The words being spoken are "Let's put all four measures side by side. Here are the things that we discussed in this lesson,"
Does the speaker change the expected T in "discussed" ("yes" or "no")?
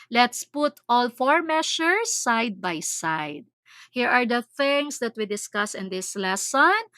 yes